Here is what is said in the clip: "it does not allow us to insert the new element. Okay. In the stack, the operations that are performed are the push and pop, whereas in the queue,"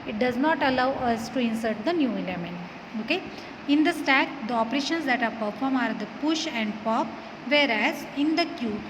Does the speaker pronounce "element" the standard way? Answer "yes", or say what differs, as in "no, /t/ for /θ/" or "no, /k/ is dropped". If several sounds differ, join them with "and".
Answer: no, /t/ is dropped